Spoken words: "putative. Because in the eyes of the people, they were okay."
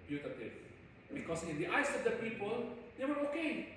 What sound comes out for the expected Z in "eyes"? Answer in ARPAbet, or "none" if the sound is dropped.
S